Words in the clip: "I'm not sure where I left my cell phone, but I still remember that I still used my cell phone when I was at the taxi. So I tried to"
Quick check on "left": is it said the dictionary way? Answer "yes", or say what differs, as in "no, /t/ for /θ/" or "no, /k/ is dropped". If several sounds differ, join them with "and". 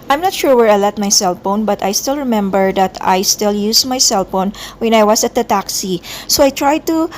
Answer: no, /f/ is dropped